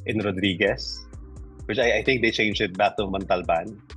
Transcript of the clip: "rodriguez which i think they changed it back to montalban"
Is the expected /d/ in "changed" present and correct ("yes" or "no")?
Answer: no